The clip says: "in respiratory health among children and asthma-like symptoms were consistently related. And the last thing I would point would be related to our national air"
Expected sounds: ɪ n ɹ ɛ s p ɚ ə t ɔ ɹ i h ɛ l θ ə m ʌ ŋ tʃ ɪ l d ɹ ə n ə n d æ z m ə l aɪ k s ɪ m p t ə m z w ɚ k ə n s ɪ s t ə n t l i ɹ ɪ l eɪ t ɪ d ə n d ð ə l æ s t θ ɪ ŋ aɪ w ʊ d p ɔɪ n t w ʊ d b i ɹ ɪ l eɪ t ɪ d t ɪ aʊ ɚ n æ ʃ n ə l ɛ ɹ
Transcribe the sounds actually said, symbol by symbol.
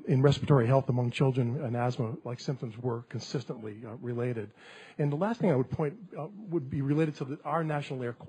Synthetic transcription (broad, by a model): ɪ n ɹ ɛ s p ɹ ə t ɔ ɹ i h ɛ l θ ə m ʌ ŋ tʃ ɪ l d ɹ ə n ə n æ z m ə l aɪ k s ɪ m p t ə m z w ɚ k ə n s ɪ s t ə n t l i ɹ ɪ l eɪ t ɪ d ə n ð ə l æ s t θ ɪ ŋ aɪ w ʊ d p ɔɪ n t w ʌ d b i ɹ ɪ l eɪ t ɪ d t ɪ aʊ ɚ n æ ʃ n l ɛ ɹ